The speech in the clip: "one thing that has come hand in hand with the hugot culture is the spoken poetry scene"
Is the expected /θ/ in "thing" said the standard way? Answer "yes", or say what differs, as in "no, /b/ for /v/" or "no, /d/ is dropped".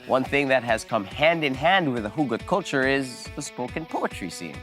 yes